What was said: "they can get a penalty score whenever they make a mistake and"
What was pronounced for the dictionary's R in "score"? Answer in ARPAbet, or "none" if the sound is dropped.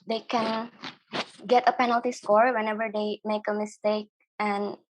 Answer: R